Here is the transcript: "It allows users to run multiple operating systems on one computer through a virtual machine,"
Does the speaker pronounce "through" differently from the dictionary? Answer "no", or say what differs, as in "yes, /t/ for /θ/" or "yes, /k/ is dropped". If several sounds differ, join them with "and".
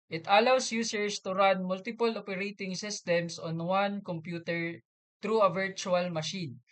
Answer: yes, /t/ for /θ/